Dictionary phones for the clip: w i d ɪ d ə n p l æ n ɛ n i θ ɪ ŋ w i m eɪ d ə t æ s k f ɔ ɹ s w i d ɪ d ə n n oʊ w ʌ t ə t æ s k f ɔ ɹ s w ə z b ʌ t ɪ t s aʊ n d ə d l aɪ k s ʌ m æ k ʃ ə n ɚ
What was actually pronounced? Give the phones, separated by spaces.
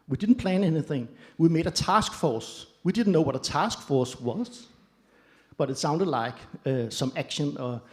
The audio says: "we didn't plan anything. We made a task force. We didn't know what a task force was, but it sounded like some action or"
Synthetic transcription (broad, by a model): w i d ɪ d n p l æ n ɛ n i θ ɪ ŋ w i m eɪ d ə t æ s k f ɔ s w i d ɪ d n n oʊ w ʌ t ə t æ s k f ɔ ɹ s w ə z b ʌ t ɪ t s aʊ n d ə d l aɪ k s ʌ m æ k ʃ ə n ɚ